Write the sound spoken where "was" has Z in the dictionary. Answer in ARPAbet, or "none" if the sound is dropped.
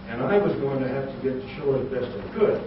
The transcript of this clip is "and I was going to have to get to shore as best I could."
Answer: Z